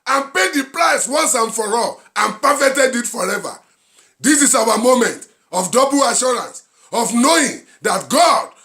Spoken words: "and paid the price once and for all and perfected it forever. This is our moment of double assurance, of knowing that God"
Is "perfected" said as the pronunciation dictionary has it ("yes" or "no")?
no